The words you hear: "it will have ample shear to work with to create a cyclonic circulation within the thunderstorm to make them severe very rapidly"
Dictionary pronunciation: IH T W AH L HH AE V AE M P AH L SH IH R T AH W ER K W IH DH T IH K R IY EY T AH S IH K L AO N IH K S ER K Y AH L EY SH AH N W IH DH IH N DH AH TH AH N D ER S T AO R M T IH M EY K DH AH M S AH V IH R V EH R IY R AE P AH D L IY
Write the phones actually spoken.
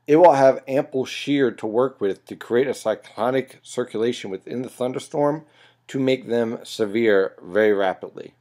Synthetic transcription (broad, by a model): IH T W AH L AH V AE M P L SH IH R T AH W ER K W IH DH T IH K R IY EY T AH S IH K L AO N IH K S ER K Y AH L EY SH AH N W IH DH IH N DH AH TH AH N D ER S T AO R M T IH M EY K DH AH M S AH V IH R V EH R IY R AE P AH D L IY